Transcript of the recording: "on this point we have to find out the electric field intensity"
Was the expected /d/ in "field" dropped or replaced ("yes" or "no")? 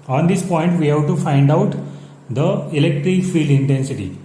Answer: no